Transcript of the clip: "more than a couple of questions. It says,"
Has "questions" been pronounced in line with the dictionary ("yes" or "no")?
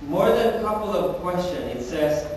no